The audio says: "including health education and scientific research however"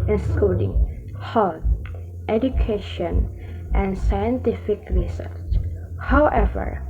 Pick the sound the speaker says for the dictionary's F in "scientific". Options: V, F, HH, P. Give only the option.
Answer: F